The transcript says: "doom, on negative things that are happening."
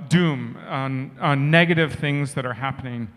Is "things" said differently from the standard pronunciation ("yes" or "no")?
no